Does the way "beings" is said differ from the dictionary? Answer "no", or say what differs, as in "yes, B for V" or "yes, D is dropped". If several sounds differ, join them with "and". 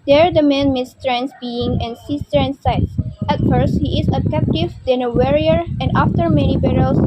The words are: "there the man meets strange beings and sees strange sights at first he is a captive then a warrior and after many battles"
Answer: yes, Z is dropped